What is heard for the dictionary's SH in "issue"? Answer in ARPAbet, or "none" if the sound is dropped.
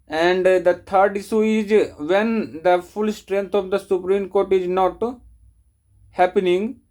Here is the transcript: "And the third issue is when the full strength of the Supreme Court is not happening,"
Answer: S